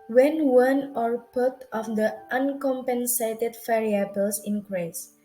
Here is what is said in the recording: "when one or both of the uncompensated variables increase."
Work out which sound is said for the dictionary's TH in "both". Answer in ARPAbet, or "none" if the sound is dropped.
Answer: T